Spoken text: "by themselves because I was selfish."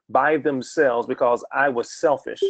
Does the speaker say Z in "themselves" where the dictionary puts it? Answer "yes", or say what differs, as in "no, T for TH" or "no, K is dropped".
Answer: yes